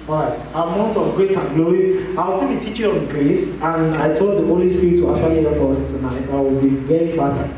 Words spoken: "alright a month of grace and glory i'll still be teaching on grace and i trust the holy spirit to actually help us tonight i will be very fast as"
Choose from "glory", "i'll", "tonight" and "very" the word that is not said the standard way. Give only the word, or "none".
i'll